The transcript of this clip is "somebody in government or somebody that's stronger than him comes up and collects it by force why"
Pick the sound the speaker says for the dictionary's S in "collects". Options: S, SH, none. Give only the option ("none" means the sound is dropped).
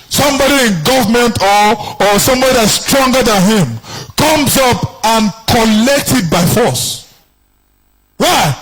none